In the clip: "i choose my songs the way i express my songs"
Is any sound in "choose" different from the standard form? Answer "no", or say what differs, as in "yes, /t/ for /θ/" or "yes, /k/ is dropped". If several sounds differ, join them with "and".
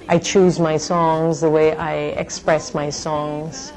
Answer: no